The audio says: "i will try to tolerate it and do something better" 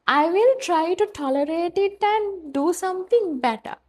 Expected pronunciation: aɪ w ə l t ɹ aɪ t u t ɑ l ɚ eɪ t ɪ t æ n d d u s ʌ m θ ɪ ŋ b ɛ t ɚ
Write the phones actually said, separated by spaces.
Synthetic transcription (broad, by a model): aɪ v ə l t ɹ aɪ t u t ɑ l ɚ eɪ t ɪ t æ n d d u s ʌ m t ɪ ŋ b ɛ t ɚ